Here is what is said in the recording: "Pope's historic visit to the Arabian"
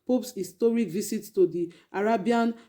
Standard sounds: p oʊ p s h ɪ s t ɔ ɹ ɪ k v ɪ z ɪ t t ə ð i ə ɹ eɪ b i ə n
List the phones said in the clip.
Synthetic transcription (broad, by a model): p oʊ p s h ɪ s t ɔ ɹ ɪ k v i s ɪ t t ə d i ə ɹ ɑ b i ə n